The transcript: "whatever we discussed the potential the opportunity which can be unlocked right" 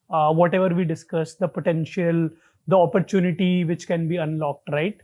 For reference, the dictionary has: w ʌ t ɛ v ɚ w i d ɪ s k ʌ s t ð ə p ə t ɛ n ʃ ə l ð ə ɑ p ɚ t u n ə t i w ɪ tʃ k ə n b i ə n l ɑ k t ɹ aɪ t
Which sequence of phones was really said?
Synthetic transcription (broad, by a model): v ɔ t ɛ v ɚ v i d ɪ s k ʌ s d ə p ə t ɛ n ʃ ə l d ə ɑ p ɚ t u n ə t i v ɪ tʃ k ə n b i ə n l ɑ k t ɹ aɪ t